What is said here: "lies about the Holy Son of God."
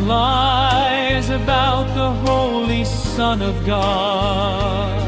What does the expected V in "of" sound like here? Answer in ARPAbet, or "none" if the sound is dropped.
V